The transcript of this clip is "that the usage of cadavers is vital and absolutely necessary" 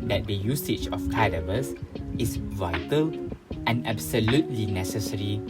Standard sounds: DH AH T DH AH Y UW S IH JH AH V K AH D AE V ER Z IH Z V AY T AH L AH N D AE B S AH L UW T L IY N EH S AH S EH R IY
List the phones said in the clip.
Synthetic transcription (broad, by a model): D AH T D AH Y UW S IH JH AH F K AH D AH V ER S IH S V AY T AH L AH N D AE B S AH L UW T L IY N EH S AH S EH R IY